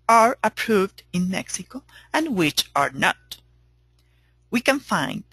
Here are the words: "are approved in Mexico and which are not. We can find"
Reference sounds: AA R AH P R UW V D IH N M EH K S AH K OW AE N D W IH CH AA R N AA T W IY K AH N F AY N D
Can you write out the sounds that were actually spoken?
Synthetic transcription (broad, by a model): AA R AH P R UW V D IH N M EH K S AH K OW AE N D W IH CH AA R N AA T W IY K AH N F AY N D